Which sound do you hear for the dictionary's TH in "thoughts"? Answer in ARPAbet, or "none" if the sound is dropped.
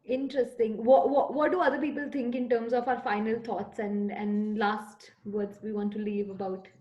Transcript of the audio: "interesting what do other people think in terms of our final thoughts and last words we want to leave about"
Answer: T